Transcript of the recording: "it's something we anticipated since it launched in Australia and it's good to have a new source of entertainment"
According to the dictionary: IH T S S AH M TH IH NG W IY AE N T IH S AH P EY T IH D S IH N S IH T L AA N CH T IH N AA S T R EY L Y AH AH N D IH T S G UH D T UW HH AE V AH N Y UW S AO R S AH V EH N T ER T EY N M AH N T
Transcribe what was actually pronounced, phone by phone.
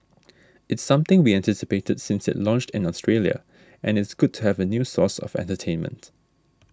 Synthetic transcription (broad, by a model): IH T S S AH M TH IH NG W IY AE N T IH S AH P EY T IH D S IH N S IH T L AA N CH T IH N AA S T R EY L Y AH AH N IH T S G UH D T UW HH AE V AH N Y UW S AO S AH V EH N T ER T EY N M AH N T